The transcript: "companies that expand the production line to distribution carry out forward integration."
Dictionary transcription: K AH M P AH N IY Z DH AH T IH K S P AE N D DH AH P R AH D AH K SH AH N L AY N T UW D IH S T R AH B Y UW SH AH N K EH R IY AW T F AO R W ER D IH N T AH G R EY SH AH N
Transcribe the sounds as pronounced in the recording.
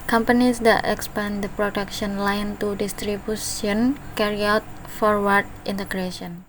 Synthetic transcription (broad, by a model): K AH M P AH N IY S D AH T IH K S P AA N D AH P R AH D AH K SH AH N L AY N T UW D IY S T R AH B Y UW S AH N K EH R IY AW T F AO R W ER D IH N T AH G R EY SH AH N